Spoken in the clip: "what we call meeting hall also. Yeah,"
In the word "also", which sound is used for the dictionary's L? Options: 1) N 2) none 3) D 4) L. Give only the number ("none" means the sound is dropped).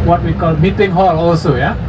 4